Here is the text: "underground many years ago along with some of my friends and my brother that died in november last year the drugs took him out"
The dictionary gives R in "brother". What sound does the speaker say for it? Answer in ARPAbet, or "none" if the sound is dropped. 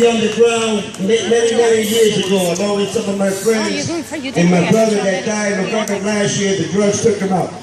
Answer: R